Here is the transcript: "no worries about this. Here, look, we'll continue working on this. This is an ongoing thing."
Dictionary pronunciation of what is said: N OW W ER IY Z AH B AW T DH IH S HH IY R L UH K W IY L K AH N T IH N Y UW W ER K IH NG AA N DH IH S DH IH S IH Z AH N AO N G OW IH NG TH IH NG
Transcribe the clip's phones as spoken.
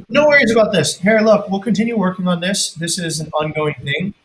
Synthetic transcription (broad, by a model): N OW W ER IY Z AH B AW T DH IH S HH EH R L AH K W IY L K AH N T IH N Y UW W ER K IH NG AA N DH IH S DH IH S IH Z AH N AO N G OW IH NG TH IH NG